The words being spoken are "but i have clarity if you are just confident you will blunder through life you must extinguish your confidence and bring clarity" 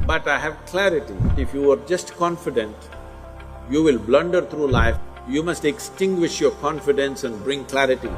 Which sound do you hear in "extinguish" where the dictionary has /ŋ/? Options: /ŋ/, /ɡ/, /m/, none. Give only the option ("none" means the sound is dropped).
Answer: /ŋ/